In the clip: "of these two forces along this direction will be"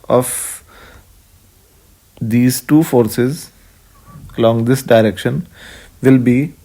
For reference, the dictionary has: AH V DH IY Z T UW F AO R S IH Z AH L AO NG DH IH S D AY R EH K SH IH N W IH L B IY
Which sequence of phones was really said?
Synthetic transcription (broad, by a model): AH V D IY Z T UW F AO R S IH Z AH L AO NG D IH S D AY R EH K SH IH N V IH L B IY